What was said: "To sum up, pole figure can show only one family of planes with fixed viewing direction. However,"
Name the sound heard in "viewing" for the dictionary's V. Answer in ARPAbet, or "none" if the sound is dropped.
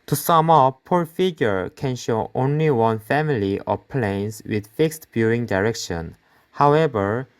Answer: B